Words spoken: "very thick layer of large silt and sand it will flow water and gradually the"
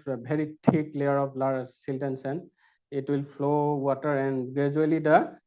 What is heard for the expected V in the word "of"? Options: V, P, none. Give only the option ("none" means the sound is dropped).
P